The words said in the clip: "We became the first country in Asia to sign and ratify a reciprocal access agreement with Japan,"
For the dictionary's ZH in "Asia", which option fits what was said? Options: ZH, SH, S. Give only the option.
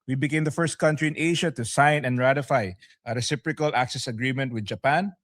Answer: SH